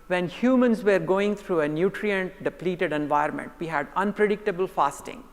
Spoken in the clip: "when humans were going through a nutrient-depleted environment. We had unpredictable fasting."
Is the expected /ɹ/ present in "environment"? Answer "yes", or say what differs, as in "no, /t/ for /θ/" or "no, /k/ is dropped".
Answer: no, /ɹ/ is dropped